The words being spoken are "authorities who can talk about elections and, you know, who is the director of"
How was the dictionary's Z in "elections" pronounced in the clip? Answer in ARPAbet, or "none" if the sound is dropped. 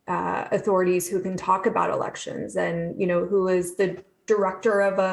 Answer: Z